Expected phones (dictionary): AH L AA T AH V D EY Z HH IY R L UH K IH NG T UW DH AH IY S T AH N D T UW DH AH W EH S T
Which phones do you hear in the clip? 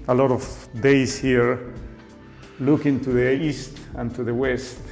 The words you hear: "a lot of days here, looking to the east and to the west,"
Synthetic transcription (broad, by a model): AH L AA T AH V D EY S HH IY R L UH K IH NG T UW DH AH IY S T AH N T UW DH AH W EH S T